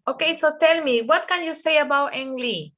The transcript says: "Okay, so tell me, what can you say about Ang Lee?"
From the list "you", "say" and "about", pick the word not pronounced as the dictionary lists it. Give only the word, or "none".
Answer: none